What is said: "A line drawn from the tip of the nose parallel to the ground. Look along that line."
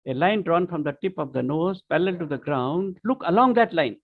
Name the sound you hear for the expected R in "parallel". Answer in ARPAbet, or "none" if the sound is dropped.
L